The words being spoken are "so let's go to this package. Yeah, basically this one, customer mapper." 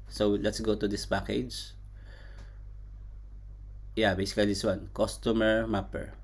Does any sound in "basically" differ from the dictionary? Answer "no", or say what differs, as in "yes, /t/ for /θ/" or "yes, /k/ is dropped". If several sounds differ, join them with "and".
yes, /l/ is dropped